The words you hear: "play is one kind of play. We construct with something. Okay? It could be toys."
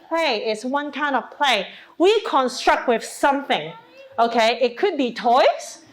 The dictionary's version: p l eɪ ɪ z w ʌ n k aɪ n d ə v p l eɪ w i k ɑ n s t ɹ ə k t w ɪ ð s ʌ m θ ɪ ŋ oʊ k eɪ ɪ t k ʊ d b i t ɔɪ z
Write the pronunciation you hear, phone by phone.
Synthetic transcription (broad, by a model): p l eɪ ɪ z w ʌ n k aɪ n d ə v p l eɪ w i k ɑ n s t ɹ ə k t w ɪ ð s ʌ m θ ɪ ŋ oʊ k eɪ ɪ t k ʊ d b i t ɔɪ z